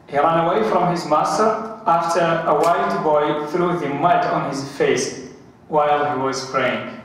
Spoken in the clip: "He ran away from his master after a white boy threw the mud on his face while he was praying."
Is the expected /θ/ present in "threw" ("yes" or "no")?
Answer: yes